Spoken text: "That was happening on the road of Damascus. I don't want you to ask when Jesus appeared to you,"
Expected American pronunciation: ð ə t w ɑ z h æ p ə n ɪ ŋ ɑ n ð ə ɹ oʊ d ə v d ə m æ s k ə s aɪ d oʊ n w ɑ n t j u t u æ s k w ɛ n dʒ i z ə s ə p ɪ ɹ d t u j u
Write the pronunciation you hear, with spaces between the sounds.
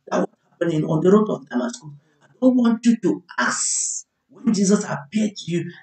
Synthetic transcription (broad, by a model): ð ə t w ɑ s h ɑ p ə n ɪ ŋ ɑ n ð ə ɹ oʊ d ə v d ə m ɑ s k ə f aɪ d oʊ n w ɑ n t j u t u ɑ s w ɛ n dʒ i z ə s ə p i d t u j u